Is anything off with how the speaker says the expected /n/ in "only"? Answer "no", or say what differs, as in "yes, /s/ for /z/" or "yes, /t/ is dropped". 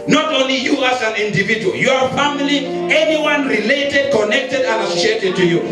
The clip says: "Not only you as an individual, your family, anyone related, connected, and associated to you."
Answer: no